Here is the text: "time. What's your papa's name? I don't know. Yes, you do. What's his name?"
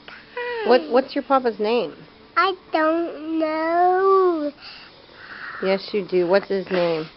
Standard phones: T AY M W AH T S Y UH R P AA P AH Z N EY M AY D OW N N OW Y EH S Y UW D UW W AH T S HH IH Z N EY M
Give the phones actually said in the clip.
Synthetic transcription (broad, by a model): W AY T W AH T S Y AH R P AA P AH Z N EY M AY D OW N N OW Y EH S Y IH D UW W AH T S HH IH Z N EY M